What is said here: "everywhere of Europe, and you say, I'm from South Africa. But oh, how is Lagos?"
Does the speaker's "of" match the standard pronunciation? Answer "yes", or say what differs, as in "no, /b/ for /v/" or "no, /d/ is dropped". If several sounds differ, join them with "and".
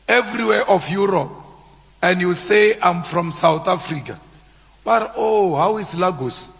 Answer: no, /f/ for /v/